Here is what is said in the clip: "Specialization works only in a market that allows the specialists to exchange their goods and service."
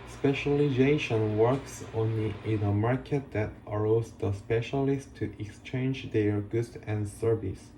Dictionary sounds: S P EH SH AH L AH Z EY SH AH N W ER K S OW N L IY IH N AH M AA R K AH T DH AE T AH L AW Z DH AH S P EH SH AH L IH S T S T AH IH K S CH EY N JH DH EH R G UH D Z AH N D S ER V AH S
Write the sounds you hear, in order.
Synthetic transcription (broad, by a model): S P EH SH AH L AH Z EY SH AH N W ER K S OW N L IY IH N AH M AA R K AH T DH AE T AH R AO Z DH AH S P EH SH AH L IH S T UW T AH K S CH EY N JH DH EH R G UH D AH N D S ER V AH S